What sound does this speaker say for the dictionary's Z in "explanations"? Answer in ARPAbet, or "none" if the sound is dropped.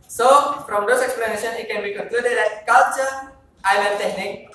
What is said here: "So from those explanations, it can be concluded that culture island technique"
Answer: none